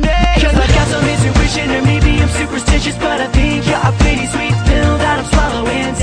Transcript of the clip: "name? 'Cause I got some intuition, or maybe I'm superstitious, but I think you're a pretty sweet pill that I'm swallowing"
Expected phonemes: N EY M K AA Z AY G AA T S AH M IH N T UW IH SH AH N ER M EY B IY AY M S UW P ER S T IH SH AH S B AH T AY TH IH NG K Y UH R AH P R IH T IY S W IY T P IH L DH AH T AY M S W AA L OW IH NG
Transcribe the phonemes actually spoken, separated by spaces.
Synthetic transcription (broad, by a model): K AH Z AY G AA T S AH M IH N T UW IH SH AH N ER M EY B IY AY M S UW P ER S T IH SH AH S B AH T AY TH IH NG K Y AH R AH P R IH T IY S W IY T F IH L DH AH T AY M S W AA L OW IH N